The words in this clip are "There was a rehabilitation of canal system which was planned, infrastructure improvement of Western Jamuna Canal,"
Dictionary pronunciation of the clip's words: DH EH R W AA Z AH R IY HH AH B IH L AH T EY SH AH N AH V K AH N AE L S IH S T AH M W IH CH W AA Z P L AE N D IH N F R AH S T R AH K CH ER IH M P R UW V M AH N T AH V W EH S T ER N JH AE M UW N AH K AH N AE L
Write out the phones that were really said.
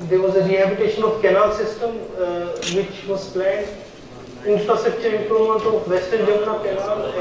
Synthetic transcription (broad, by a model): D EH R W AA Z AH R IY HH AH B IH T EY SH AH N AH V K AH N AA L S IH S T AH M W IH CH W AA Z P L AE N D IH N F R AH S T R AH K CH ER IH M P R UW M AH N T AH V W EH S T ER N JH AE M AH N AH K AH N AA L